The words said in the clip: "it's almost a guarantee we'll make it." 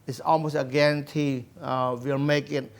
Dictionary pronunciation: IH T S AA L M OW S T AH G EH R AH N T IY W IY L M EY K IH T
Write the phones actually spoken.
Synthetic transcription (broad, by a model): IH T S AA L M OW S T AH G EH R AH N T IY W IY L M EY K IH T